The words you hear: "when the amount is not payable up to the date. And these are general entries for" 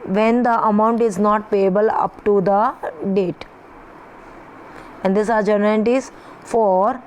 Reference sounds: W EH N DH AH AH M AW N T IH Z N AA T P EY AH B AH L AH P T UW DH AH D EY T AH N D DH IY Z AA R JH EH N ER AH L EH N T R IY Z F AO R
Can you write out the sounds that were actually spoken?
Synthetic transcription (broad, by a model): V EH N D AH AH M AW N T IH Z N AA T P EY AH B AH L AH P T UW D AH D EY T AH N D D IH S AA R JH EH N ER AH T IY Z F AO R